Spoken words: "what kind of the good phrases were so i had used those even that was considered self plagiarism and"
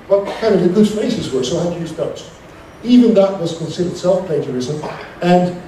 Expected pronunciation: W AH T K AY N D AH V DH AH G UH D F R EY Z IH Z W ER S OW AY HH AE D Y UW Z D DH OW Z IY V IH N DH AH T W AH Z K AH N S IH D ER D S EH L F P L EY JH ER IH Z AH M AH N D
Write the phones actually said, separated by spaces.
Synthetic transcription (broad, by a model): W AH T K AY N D AH V DH AH G UH D F EY S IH Z W ER S OW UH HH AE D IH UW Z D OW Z IY V IH N DH AH T W AH Z K AH N S IH D ER D S EH L F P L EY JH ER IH Z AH M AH N